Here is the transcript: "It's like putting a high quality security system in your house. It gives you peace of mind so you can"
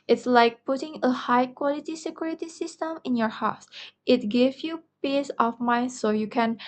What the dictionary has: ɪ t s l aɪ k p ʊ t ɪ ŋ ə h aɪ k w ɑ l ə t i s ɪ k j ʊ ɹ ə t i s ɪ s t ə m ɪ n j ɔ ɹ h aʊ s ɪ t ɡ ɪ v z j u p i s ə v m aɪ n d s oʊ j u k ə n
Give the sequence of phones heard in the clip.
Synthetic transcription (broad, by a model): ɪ t s l aɪ k p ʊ t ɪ ŋ ə h aɪ k w ɑ l ə t i s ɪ k j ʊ ɹ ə t i s ɪ s t ə m ɪ n j ɔ ɹ h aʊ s ɪ t ɡ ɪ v j u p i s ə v m aɪ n s oʊ j u k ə n